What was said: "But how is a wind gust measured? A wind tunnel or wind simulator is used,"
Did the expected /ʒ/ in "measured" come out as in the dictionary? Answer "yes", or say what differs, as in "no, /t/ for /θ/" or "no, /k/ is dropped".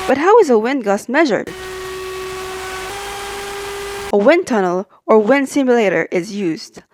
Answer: yes